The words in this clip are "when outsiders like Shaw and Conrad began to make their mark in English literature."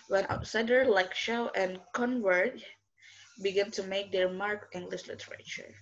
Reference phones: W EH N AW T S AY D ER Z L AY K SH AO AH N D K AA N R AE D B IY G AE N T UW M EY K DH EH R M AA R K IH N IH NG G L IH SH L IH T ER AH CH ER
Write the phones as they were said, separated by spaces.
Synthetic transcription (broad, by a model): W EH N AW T S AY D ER L AY K SH AO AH N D K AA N W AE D B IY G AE N T UW M EY K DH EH R M AA R K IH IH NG G L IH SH L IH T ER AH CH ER